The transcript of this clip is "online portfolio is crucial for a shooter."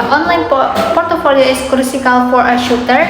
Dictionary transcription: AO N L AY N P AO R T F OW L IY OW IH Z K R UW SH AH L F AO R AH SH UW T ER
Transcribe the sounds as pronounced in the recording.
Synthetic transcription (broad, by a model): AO N L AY N P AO R T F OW L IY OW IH S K R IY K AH L F AO R AH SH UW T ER